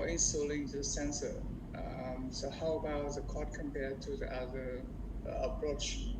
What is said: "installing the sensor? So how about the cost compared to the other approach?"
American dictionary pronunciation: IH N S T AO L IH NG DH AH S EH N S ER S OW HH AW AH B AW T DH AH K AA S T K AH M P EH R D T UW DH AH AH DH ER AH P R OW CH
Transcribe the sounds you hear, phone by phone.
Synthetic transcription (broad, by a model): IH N S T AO L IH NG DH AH S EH N S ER S OW HH AW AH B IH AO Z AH K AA T K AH M P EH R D T UW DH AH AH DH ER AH P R OW CH